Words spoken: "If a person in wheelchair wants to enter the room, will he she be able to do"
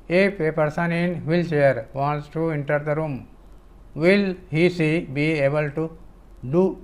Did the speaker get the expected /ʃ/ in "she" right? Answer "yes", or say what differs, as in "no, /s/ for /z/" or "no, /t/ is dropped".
no, /s/ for /ʃ/